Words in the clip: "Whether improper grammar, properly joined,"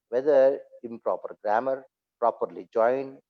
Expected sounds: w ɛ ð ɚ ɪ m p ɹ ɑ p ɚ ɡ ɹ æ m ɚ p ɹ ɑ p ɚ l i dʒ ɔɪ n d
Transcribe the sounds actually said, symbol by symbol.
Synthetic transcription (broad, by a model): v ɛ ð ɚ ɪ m p ɹ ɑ p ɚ ɡ ɹ æ m ɚ p ɹ ɑ p ɚ l i dʒ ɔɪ n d